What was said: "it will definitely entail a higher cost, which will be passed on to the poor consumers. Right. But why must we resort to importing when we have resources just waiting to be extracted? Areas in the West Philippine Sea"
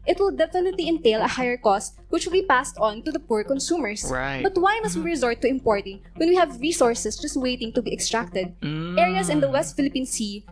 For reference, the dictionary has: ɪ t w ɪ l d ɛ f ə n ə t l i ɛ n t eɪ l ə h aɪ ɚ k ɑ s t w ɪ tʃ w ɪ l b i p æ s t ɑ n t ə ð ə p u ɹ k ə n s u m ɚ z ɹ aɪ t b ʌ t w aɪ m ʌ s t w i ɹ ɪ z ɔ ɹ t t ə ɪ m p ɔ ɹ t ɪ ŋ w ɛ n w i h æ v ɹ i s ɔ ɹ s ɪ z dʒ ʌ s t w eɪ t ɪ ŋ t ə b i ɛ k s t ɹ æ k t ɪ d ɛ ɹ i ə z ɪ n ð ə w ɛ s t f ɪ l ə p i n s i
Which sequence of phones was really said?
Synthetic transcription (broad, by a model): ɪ t w ɪ l d ɛ f ə n ə t l i ɛ n t eɪ l ə h aɪ ɚ k ɑ s t w ɪ tʃ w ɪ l b i p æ s t ɑ n t ə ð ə p u ɹ k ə n s u m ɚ ɹ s b ʌ t w aɪ m ʌ s t w i ɹ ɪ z ɔ ɹ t t ə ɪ m p ɔ ɹ t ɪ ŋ w ɛ n w i h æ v ɹ i s ɔ ɹ s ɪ s dʒ ʌ s t w eɪ t ɪ ŋ t ə b i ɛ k s t ɹ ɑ k t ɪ d ɛ ɹ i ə s ɪ n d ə w ɛ s t f ɪ l ə p i n s i